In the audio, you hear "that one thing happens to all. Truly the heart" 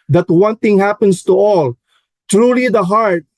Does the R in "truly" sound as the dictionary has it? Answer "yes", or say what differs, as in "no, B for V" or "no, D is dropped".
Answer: yes